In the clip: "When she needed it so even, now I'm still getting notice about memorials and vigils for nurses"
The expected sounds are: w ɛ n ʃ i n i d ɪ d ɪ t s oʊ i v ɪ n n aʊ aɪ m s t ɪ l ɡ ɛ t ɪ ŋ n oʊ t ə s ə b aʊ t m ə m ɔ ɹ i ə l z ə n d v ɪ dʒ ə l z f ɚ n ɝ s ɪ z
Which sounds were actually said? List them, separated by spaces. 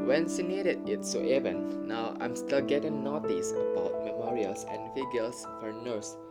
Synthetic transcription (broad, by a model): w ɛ n s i n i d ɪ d ɪ t s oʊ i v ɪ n n aʊ aɪ m s t ɪ l ɡ ɛ t ɪ ŋ n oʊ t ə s ə b aʊ t m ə m ɔ ɹ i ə l s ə n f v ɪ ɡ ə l s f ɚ n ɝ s